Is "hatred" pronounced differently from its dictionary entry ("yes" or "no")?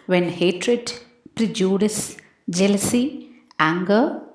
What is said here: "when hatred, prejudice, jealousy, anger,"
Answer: no